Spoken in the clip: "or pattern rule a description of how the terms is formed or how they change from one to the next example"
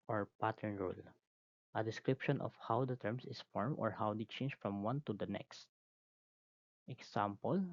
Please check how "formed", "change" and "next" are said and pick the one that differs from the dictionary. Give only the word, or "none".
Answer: formed